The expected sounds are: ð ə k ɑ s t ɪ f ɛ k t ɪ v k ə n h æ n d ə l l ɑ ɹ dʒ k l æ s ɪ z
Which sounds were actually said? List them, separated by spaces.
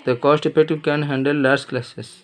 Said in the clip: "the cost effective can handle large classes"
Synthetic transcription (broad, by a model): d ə k ɑ s t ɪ p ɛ t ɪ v k ə n h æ n d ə l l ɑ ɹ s k l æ s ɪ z